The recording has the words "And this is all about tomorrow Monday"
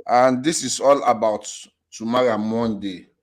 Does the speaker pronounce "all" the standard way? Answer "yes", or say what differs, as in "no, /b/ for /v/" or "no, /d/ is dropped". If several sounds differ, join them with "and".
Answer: yes